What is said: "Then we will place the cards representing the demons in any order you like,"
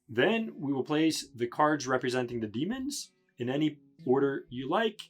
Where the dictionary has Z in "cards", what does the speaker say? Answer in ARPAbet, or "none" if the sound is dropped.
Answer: Z